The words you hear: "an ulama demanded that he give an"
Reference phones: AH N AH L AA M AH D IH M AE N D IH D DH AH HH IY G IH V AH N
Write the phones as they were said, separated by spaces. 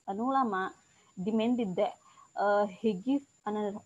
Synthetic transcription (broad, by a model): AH N AH L AA M AH D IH M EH N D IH D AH HH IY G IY AH N